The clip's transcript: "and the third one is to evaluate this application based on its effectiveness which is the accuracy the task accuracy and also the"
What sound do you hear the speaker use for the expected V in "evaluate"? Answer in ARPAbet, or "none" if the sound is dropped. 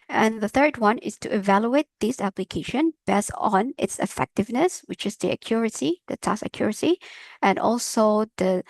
V